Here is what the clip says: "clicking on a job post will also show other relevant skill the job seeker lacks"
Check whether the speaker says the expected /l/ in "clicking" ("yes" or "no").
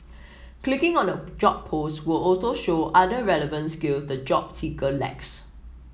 yes